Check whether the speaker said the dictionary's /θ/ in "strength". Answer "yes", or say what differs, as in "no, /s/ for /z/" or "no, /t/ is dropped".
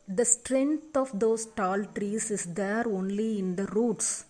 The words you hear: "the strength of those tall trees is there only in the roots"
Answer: no, /t/ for /θ/